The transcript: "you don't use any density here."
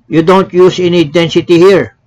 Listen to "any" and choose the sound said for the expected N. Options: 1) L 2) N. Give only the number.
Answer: 2